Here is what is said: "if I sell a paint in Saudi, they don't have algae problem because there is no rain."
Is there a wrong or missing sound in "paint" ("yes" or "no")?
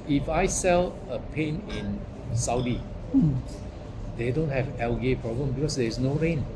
yes